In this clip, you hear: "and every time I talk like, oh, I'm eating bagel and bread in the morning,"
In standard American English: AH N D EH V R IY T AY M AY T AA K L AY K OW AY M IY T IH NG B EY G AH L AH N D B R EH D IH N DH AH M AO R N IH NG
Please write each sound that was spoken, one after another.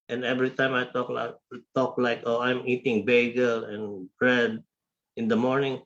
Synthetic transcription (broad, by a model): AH N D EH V R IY T AY M AY T AA K L AY K OW AY M IY T IH NG B EY G AH L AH N B R EH D IH N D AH M AO R N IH NG